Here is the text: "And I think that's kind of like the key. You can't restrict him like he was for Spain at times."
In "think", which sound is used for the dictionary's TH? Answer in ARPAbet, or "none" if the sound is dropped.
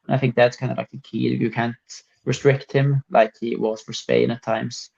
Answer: TH